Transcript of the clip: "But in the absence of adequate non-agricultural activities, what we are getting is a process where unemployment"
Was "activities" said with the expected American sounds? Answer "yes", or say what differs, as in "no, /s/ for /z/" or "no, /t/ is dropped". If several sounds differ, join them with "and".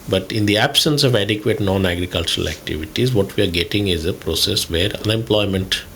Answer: yes